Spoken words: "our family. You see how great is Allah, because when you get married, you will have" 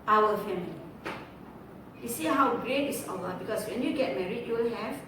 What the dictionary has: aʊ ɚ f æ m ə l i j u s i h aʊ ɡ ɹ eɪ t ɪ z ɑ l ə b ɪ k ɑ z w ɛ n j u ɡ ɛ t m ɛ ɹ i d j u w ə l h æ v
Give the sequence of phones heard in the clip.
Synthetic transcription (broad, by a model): aʊ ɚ f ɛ m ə l i j u s i h aʊ ɡ ɹ eɪ t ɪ s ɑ w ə b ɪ k ɑ s w ɛ n j u ɡ ɛ t m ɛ ɹ i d j u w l h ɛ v